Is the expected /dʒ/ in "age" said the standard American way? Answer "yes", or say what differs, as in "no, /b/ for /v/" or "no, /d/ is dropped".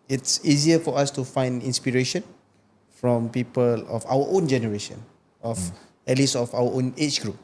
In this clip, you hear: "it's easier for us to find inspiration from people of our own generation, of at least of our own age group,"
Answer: no, /tʃ/ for /dʒ/